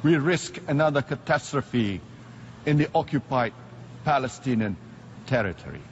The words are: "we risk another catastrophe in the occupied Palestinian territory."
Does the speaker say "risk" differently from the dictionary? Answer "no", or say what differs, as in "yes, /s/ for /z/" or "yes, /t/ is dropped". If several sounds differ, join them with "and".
no